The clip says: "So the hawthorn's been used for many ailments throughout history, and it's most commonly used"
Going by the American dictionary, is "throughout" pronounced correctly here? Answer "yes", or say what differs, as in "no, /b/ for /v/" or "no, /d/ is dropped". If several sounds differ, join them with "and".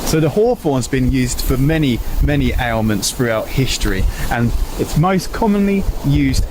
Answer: yes